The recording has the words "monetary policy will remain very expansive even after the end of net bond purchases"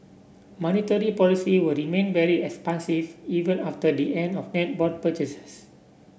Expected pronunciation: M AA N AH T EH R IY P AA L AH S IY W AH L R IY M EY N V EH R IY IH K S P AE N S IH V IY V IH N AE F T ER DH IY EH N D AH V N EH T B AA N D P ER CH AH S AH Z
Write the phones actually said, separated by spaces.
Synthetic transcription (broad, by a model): M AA N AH T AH R IY P AA L AH S IY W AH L R IY M EY N V EH R IY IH K S P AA N S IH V IY V IH N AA F T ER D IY EH N D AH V N EH T B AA D P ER CH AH S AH S